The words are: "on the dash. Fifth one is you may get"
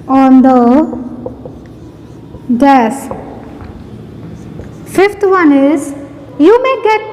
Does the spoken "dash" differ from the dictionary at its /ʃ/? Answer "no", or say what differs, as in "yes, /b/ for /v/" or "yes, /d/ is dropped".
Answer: yes, /s/ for /ʃ/